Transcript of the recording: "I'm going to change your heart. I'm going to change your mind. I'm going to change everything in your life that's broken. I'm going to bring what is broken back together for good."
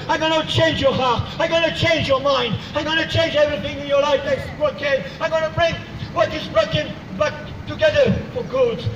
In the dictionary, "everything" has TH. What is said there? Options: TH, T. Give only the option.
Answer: TH